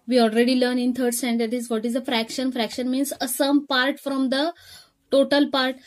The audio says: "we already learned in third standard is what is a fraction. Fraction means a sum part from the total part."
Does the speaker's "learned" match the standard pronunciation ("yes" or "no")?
no